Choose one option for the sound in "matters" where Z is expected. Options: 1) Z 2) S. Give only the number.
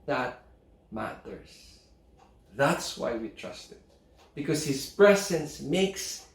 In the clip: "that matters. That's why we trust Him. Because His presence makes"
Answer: 2